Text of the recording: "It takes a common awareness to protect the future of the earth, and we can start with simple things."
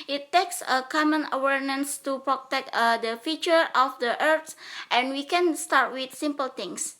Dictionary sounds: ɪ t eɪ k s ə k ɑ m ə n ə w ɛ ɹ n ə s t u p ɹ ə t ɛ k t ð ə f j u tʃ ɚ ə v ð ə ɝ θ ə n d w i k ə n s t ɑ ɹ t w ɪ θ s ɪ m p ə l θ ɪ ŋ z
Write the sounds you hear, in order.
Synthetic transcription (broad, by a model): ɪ t eɪ k s ə k ɑ m ə n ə w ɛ ɹ n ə s t u p ɹ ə t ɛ k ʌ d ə f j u tʃ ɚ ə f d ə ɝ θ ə n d w i k ə n s t ɑ ɹ t w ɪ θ s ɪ m p ə l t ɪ ŋ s